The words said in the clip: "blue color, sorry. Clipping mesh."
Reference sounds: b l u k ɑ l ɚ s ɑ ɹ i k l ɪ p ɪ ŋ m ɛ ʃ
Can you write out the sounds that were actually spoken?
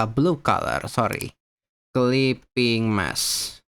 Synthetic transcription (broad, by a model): b l u k ɑ l ɚ s ɑ ɹ i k l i p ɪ ŋ m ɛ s